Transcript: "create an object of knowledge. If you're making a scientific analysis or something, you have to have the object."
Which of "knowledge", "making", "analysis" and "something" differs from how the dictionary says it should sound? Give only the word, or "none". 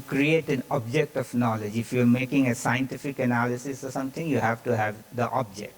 something